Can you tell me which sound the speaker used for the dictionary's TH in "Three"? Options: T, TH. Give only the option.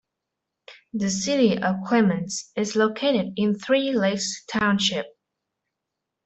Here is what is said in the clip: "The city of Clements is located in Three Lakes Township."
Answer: TH